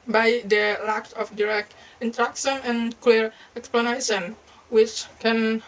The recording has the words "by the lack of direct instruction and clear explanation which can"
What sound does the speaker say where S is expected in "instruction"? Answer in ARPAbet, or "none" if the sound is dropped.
none